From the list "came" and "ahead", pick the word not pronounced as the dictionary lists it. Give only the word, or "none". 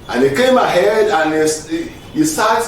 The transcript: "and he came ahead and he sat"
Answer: none